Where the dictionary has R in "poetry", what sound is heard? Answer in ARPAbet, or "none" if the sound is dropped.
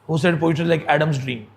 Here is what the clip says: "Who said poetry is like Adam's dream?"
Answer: none